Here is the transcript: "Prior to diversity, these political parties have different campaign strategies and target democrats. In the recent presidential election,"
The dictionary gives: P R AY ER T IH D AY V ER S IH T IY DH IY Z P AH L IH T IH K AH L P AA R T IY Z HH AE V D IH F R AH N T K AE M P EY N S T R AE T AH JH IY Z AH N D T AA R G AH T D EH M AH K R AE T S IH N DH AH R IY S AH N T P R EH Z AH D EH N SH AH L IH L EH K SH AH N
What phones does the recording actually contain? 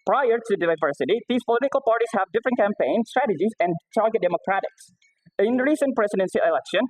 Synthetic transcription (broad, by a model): P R AY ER T IH D AY V ER S IH T IY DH IY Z P AH L IH T IH K AH L P AA R T IY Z HH AE V D IH F R AH N T K AE M P EY N S T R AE T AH JH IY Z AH N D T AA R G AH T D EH M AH K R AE T IH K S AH R IY S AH N P R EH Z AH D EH N S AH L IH L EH K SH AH N